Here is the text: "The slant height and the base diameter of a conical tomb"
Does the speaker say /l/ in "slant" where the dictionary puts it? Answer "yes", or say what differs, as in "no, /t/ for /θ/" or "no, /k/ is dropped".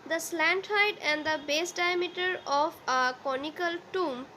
yes